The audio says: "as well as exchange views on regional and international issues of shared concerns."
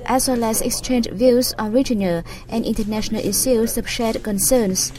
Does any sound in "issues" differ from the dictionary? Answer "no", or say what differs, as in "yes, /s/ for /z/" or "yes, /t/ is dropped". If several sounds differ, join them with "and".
yes, /s/ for /ʃ/